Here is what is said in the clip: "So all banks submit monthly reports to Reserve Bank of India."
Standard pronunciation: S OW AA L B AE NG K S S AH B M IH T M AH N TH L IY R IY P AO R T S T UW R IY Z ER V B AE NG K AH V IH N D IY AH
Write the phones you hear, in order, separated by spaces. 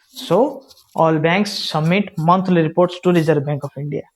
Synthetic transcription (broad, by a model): S OW AA L B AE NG K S S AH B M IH T M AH N T L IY R IY P AO R T S T UW R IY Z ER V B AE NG K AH P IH N D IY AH